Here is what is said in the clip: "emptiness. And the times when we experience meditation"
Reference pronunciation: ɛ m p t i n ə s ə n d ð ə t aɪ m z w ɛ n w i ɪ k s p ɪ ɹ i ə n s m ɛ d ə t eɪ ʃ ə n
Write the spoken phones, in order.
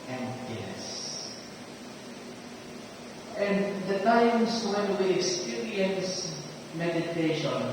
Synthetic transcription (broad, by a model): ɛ m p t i n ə s ə n d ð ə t aɪ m s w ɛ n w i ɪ k s p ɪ ɹ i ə n s m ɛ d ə t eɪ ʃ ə n